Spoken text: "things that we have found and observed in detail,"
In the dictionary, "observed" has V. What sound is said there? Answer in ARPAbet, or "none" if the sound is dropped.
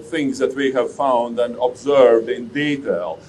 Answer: V